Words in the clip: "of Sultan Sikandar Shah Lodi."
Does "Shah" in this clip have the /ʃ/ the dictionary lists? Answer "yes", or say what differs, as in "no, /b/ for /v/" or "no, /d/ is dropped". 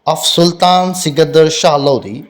yes